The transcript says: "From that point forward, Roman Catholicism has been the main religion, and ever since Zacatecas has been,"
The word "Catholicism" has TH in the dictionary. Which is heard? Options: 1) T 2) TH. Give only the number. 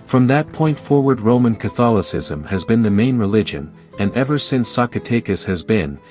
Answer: 2